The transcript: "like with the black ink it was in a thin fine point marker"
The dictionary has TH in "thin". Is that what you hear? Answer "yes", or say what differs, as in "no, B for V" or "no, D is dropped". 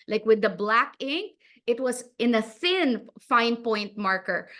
no, S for TH